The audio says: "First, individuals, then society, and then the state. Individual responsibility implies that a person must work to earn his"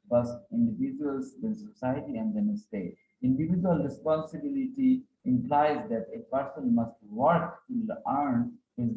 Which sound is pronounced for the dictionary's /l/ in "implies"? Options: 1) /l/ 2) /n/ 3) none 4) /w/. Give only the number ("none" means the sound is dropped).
1